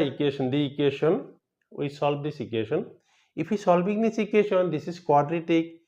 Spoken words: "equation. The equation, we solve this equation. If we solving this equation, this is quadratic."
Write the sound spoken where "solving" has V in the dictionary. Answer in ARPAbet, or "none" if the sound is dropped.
B